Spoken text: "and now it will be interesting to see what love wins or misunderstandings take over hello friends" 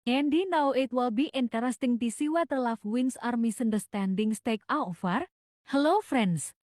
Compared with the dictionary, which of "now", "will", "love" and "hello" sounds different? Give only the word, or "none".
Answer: love